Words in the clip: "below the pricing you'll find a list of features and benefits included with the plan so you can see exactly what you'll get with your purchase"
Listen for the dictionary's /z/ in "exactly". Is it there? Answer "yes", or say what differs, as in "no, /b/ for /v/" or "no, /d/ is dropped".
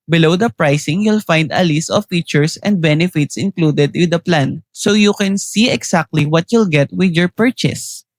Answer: no, /s/ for /z/